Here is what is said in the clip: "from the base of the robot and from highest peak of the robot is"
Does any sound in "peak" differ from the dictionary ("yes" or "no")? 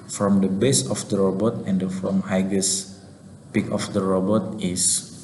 no